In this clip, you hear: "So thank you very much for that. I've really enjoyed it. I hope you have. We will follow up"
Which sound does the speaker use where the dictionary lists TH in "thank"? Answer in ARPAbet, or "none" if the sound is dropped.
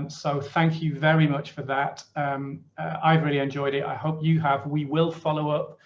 TH